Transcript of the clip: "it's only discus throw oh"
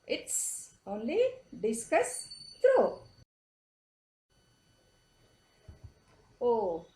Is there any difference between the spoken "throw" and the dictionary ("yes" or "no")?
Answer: yes